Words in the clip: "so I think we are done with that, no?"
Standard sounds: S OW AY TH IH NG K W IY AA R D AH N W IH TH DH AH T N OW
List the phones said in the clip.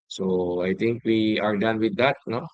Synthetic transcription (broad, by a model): S OW AY T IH NG K W IY AA R D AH N W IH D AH T N OW